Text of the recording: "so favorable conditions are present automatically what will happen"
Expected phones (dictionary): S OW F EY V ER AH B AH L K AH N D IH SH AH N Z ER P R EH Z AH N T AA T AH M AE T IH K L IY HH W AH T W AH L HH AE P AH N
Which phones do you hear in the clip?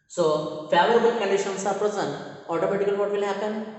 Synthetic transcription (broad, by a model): S OW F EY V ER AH B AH L K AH N D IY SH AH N S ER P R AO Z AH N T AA T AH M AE T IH K IY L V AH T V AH L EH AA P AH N